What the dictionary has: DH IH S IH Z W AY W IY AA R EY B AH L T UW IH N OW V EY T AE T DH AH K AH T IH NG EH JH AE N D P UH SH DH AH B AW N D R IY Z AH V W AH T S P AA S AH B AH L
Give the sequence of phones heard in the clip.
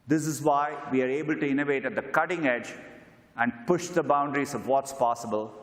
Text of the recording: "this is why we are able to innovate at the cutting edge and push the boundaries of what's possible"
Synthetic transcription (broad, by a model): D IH S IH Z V AY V IY AA R EY B AH L T UW IH N OW V EY T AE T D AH K AH T IH NG EH JH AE N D P UH SH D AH B AW N D R IY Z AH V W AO T S P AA S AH B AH L